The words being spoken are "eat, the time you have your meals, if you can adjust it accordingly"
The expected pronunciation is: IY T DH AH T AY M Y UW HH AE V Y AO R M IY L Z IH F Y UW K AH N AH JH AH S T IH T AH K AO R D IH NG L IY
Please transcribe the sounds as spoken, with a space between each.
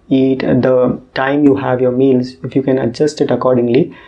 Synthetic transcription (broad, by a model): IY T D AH T AY M Y UW HH AE V Y AO R M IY L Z IH F Y UW K AH N AH JH AH S T IH T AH K AO R D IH NG L IY